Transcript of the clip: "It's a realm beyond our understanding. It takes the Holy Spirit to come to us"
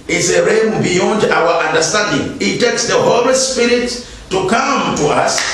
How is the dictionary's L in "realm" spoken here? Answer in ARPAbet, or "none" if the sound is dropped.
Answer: none